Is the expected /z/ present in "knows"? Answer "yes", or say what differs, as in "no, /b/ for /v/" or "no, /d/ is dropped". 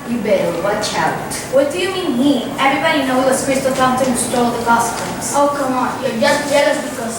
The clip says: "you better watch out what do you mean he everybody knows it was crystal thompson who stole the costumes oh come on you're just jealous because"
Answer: no, /z/ is dropped